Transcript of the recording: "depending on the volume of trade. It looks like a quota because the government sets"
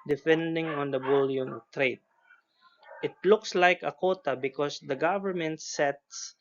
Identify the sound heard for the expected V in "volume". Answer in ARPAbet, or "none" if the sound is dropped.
B